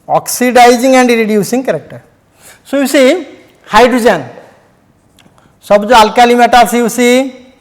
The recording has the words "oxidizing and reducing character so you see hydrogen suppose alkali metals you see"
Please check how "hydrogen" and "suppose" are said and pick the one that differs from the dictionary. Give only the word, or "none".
suppose